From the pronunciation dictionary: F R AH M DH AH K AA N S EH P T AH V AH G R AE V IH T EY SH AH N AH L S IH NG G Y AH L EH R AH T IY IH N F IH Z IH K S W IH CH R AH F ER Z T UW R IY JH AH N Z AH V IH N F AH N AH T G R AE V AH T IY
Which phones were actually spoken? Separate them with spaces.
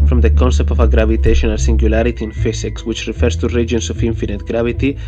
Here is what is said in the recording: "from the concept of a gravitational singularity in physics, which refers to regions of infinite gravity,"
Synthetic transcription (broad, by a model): F R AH M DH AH K AA N S EH P T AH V AH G R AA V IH T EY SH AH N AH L S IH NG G Y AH L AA R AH T IY IH N F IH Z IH K S W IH CH R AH F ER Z T UW R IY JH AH N S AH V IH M F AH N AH T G R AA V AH T IY